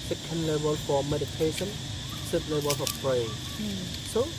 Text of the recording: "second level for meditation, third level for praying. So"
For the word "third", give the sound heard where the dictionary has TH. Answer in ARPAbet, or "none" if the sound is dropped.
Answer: S